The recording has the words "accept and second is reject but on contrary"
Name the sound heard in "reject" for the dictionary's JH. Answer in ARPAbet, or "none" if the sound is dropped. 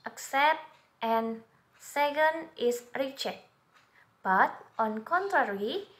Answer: CH